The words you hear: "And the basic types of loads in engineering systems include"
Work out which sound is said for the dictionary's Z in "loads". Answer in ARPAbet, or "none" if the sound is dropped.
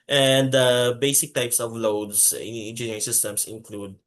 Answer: S